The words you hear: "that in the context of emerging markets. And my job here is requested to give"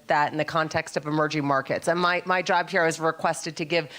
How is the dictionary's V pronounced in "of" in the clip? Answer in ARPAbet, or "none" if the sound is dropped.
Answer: V